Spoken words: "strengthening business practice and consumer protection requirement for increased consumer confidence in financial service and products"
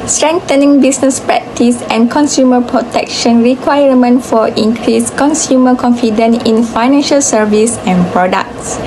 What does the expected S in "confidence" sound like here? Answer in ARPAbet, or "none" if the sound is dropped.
none